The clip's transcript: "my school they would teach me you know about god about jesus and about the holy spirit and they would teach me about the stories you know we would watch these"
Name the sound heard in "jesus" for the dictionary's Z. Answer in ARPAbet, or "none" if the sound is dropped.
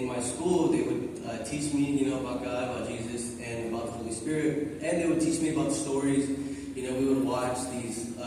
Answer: Z